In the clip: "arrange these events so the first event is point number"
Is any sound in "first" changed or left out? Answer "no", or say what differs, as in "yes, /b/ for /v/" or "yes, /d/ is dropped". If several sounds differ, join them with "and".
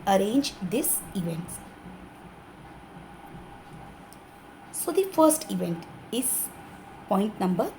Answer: no